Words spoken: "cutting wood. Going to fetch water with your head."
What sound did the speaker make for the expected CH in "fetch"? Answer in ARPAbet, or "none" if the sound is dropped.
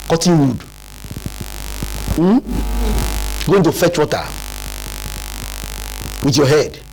CH